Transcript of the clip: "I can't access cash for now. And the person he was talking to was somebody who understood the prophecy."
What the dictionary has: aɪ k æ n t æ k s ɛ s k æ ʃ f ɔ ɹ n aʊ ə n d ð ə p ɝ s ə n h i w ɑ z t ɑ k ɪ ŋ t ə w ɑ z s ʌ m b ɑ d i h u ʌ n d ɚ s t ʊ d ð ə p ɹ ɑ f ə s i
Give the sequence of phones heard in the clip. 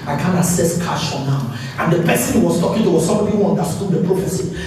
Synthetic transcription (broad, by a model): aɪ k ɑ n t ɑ s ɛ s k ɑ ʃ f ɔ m n aʊ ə n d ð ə p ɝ s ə n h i w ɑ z t ɑ k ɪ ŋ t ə w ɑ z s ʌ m ɑ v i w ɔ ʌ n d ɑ s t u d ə p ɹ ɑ f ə s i